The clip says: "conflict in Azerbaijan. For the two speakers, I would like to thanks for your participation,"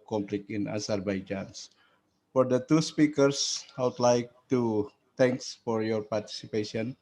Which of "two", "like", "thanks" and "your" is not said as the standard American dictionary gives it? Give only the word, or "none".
thanks